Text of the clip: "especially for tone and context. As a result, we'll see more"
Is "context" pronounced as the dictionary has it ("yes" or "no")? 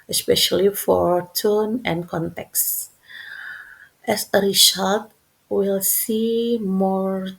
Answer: yes